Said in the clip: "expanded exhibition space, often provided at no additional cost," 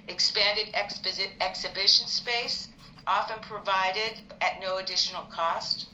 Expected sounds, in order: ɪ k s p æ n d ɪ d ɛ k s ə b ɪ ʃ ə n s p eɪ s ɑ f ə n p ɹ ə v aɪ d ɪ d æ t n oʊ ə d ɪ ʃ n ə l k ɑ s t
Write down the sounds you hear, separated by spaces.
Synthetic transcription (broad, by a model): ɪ k s p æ n d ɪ d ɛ k s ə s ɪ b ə n s p eɪ s ɑ f ə n p ɹ ə v aɪ d ɪ d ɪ t n oʊ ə d ɪ ʃ n l k ɑ s t